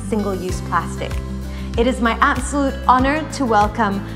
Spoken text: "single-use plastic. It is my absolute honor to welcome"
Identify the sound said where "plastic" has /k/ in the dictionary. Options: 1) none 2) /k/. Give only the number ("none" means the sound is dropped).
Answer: 2